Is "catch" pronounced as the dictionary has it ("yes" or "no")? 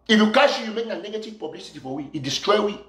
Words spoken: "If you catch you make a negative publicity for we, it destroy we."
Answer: no